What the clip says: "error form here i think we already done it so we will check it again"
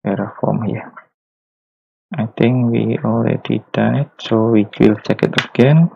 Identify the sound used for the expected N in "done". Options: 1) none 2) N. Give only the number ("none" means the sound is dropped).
1